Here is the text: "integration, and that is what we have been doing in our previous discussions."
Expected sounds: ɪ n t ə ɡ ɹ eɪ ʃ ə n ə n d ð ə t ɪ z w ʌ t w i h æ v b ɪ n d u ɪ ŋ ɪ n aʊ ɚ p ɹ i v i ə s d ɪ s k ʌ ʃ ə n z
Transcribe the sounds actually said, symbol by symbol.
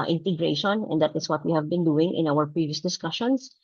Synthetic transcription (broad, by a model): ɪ n t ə ɡ ɹ eɪ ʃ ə n ə n d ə t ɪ s w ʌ t w i h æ v b ɪ n d u ɪ ŋ ɪ n aʊ ɚ p ɹ i v i ə s d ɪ s k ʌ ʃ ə n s